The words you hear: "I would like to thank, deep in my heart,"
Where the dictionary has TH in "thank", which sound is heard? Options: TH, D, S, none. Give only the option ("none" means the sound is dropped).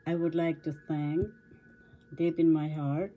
S